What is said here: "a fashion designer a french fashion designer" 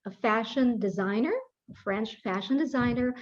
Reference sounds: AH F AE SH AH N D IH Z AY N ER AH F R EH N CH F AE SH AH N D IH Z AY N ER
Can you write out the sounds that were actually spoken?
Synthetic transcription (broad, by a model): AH F AE SH AH N D IH Z AY N ER AH F R EH N CH F AE SH AH N D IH Z AY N ER